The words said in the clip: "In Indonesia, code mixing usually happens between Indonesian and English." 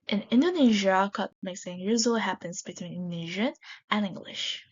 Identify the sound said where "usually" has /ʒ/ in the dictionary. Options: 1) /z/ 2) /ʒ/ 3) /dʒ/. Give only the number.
1